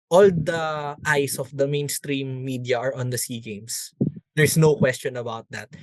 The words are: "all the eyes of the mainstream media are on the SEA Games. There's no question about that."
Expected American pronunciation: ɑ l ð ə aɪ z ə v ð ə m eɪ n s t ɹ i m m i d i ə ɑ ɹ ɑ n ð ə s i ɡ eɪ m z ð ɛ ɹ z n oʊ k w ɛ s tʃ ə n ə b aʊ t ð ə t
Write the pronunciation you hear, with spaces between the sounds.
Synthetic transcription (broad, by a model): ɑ l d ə aɪ s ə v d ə m eɪ n s t ɹ i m m i d i ə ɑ ɹ ɑ n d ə s i ɡ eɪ m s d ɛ ɹ s n oʊ k w ɛ s tʃ ə n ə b aʊ t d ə t